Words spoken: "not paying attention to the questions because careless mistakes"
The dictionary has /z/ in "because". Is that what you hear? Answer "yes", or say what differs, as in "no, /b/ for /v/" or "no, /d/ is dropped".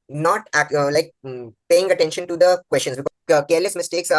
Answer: no, /z/ is dropped